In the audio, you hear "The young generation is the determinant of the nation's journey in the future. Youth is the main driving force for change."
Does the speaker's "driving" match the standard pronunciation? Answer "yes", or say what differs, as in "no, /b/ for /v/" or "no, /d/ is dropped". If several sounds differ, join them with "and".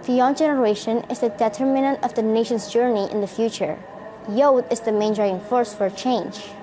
no, /v/ is dropped